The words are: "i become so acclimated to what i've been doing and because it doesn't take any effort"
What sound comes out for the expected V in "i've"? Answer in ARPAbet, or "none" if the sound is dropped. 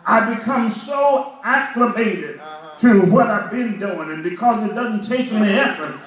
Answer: V